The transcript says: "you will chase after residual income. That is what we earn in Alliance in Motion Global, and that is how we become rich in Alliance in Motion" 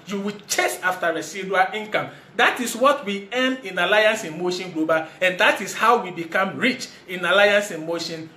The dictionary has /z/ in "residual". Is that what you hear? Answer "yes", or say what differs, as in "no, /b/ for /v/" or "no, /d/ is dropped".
no, /s/ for /z/